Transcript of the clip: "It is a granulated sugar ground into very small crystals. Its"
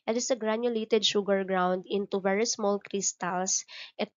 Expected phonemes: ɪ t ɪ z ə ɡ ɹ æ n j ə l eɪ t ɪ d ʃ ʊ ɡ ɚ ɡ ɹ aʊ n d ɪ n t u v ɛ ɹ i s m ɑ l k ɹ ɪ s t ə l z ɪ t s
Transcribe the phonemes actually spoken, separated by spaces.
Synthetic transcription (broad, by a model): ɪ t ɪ s ə ɡ ɹ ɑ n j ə l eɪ t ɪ d ʃ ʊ ɡ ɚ ɡ ɹ aʊ n d ɪ n t u v ɛ ɹ i s m ɑ l k ɹ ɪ s t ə l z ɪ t